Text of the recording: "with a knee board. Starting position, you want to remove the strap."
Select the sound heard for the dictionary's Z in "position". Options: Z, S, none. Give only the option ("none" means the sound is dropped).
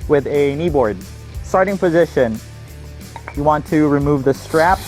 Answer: Z